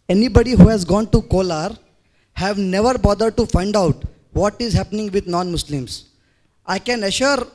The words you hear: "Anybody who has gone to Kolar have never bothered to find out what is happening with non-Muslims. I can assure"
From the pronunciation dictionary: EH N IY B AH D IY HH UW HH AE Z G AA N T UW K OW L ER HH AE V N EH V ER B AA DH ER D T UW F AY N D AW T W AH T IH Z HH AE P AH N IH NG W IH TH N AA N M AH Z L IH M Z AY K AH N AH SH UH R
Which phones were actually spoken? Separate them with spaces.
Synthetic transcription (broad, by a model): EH N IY B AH D IY HH UW HH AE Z G AA N T UW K OW L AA HH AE V N EH V ER B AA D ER D T UW F AY N D AW T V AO T IH Z HH AE P AH N IH NG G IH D N AA N M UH S L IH M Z AY K AH N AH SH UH R